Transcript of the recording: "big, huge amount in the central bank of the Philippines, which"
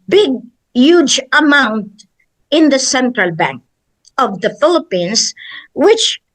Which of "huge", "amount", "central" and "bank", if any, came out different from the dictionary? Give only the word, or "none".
none